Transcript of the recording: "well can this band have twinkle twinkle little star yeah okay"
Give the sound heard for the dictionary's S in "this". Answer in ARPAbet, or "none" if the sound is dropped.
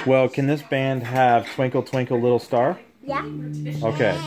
S